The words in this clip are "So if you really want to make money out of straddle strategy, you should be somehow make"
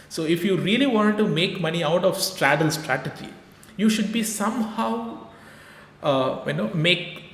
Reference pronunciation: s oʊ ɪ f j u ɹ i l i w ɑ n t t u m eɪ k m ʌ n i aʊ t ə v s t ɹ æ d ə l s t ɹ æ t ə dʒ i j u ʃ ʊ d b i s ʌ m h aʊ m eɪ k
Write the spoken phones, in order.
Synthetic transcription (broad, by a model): s oʊ ɪ f j u ɹ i l i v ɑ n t t u m eɪ k m ʌ n i aʊ t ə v s t ɹ æ d ə l s t ɹ æ t ə dʒ i j u ʃ ʊ d b i s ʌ m h aʊ m eɪ k